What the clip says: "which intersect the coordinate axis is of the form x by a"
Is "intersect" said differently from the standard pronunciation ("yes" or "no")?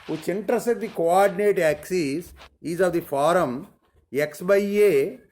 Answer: yes